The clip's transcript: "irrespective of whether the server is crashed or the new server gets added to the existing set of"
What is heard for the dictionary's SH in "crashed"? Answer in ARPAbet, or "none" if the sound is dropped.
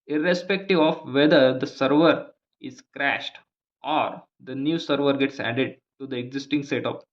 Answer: SH